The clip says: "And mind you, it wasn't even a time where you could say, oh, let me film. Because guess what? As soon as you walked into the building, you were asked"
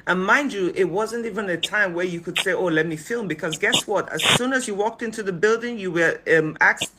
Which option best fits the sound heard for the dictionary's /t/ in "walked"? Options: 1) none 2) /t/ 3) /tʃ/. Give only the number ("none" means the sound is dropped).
2